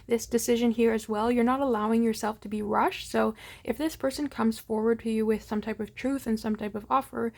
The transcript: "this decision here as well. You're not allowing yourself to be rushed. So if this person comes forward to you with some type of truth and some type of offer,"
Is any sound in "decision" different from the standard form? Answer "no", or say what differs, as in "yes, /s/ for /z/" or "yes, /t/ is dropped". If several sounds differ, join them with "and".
no